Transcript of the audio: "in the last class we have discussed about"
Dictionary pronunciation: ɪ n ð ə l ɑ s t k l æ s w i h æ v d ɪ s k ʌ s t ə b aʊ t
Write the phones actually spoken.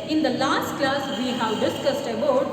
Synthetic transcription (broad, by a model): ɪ n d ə l ɑ s t k l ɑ s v i h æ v d ɪ s k ʌ s t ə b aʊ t